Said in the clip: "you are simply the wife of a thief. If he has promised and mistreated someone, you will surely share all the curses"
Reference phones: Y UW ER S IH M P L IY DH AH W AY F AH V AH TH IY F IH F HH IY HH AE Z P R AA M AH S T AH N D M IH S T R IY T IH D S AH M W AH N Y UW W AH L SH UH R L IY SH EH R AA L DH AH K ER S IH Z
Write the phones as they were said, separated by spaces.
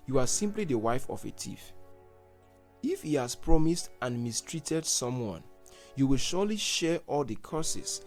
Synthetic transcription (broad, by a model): Y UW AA S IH M P L IY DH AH W AY F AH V AH T IY F IH F HH IY HH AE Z P R AA M AH S T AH N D M IH S T R IY T IH D S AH M W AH N Y UW W AH L SH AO L IY SH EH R AA L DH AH K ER S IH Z